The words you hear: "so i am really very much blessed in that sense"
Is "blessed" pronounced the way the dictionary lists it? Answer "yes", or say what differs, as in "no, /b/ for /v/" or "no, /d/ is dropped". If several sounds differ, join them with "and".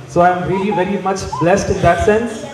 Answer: yes